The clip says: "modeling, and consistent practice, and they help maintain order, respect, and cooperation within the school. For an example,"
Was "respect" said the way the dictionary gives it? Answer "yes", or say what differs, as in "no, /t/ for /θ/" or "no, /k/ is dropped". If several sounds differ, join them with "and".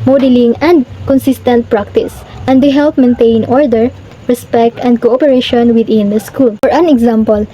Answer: yes